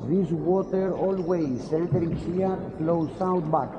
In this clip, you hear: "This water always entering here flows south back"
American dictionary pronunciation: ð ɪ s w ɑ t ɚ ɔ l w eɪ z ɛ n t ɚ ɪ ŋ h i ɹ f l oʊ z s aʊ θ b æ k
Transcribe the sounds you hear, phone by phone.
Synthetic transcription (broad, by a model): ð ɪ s w ɑ t ɚ ɔ l w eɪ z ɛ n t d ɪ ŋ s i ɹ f l oʊ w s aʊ t b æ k